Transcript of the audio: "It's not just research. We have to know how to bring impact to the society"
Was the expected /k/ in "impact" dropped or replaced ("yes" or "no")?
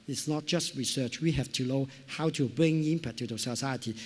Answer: yes